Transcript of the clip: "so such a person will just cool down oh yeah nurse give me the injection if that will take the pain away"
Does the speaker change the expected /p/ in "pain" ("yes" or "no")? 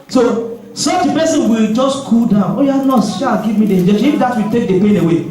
no